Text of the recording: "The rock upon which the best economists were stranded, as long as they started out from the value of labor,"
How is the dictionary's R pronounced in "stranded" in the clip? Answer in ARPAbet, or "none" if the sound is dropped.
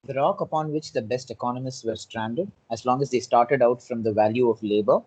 R